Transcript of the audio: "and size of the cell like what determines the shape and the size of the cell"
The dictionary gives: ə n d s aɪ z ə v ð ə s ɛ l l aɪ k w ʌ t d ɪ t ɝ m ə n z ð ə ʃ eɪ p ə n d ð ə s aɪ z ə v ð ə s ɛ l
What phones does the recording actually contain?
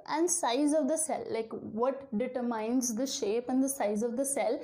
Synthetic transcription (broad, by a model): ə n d s aɪ z ə v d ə s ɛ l l aɪ k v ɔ t d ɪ t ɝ m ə n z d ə ʃ eɪ p ə n d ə s aɪ z ə v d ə s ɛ l